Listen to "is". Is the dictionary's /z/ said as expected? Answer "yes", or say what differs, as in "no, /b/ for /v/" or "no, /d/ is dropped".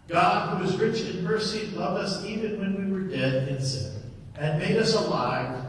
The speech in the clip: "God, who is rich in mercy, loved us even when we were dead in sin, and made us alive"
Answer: yes